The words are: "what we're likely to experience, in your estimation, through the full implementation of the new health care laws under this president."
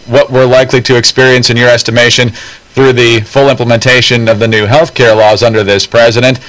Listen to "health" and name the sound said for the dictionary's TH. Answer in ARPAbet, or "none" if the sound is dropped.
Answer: TH